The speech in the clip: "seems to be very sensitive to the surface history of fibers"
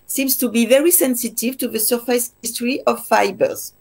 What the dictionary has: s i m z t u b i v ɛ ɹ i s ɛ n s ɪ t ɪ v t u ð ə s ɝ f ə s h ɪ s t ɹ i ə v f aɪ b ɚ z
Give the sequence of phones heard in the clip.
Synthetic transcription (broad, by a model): s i m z t u b i v ɛ ɹ i s ɛ n s ɪ t ɪ v t u ð ə s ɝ f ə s h ɪ s t ɹ i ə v f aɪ b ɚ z